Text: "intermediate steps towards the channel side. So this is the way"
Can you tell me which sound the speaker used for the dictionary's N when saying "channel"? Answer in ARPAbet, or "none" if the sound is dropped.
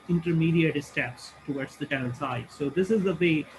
L